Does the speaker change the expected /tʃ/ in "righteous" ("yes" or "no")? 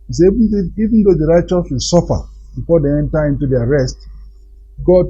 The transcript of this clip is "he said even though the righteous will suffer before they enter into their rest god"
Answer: no